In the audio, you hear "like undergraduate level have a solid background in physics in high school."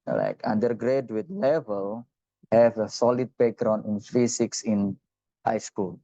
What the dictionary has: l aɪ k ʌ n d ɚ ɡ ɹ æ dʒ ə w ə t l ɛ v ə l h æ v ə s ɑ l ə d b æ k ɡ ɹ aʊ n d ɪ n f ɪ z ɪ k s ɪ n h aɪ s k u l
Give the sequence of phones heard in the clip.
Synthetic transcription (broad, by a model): l aɪ k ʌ n d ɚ ɡ ɹ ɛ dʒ w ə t l ɛ v ə l h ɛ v ə s ɑ l ə d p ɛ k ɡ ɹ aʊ n ɪ n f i s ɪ k s ɪ n h aɪ s k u l